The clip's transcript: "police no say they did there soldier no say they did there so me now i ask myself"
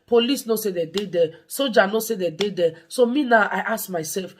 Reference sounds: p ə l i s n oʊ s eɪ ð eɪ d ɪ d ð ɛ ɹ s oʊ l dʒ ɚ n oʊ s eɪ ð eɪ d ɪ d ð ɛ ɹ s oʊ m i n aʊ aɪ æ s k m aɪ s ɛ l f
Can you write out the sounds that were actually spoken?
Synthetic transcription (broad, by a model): p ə l i s n oʊ s eɪ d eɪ d ɪ d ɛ s oʊ dʒ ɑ n oʊ s eɪ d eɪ d ɪ d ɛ s oʊ m i n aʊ aɪ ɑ s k m aɪ s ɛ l f